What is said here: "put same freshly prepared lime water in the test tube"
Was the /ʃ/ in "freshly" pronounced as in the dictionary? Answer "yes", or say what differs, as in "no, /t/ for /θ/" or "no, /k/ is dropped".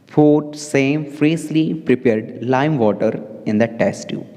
no, /s/ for /ʃ/